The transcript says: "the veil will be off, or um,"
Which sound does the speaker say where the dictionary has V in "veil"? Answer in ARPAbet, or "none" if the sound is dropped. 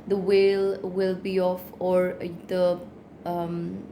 W